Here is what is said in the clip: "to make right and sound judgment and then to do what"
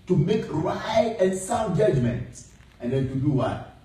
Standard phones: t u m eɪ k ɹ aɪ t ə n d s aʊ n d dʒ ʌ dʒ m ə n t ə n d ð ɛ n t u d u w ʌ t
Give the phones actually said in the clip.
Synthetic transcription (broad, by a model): t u m eɪ k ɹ aɪ ə n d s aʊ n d dʒ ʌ dʒ m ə n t ə n d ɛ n t u d u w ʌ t